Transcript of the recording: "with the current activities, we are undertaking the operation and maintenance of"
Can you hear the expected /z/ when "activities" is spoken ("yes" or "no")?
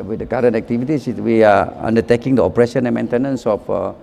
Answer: no